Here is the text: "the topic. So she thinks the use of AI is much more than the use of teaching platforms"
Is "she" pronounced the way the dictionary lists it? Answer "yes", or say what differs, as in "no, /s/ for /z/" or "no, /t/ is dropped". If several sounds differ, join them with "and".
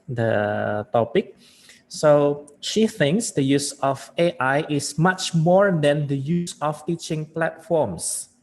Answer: yes